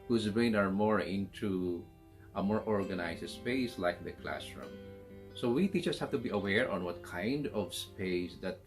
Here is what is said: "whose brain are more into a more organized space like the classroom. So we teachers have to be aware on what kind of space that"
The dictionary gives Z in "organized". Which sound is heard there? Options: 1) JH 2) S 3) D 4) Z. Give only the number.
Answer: 2